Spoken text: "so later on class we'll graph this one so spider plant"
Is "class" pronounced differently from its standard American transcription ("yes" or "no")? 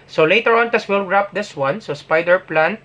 yes